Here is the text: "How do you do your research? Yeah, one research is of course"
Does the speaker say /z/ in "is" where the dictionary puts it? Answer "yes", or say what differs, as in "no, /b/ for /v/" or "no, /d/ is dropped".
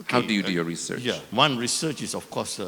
no, /s/ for /z/